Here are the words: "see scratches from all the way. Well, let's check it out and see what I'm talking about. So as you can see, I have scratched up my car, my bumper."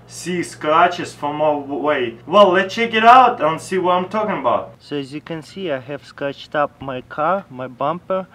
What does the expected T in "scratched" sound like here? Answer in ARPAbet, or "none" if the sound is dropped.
T